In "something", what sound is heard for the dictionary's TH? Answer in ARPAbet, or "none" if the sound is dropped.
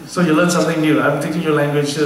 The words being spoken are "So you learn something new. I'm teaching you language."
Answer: T